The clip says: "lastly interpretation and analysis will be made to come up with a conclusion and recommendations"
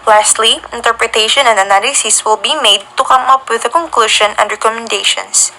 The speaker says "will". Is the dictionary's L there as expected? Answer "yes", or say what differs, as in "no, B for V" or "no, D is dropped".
yes